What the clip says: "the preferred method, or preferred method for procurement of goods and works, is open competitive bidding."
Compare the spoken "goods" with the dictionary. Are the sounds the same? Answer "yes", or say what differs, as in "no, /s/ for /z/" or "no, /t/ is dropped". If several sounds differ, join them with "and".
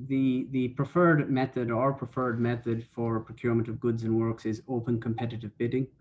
yes